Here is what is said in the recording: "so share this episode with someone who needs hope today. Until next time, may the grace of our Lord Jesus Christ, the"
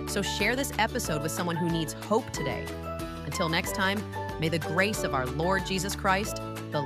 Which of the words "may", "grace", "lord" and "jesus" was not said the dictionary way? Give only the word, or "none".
none